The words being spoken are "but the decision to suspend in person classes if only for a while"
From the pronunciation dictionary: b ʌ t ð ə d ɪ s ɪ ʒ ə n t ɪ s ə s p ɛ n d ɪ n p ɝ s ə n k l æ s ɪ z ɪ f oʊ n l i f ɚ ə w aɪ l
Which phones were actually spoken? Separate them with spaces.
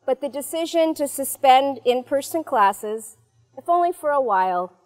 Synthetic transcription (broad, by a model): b ʌ t ð ə d ɪ s ɪ ʒ ə n t ɪ s ə s p ɛ n d ɪ n p ɝ s ə n k l æ s ɪ z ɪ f oʊ n l i f ɚ ə w aɪ l